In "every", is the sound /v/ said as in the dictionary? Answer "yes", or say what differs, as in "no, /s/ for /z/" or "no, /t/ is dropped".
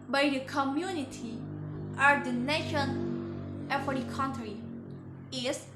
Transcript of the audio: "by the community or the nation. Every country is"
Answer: no, /f/ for /v/